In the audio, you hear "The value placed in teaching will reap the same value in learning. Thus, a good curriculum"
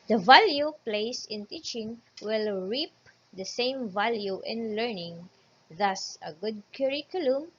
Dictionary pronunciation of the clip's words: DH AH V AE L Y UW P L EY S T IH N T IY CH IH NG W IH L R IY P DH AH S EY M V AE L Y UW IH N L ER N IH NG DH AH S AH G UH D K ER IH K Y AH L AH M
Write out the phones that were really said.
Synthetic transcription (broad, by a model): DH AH V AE L Y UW P L EY S IH N T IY CH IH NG W IH L R IY P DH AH S EY M V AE L Y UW IH N L ER N IH NG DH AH S AH G UH D K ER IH K Y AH L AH M